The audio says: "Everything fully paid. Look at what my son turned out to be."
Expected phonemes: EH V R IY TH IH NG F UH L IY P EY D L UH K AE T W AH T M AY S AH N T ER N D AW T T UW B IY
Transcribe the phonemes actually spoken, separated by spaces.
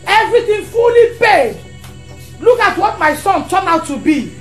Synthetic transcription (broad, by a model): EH V R IY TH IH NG F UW L IY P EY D L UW K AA T W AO T M AY S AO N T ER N AW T T UW B IY